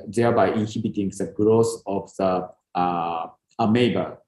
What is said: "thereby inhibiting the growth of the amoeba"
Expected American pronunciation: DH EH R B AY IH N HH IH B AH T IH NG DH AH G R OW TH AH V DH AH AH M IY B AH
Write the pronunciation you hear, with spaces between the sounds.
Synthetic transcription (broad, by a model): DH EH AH B AY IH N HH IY B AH T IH NG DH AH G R OW S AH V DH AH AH M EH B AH